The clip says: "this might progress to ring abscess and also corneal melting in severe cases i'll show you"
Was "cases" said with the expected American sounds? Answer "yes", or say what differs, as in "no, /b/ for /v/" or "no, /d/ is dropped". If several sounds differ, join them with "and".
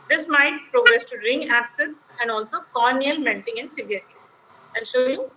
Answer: no, /z/ is dropped